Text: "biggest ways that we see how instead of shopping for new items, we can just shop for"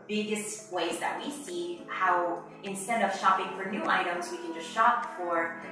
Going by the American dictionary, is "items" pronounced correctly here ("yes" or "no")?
yes